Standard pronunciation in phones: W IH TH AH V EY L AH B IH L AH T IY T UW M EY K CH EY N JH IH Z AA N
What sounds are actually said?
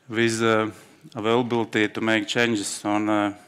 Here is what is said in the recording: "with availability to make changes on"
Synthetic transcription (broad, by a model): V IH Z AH V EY L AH B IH L T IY T UW M EY K CH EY N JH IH S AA N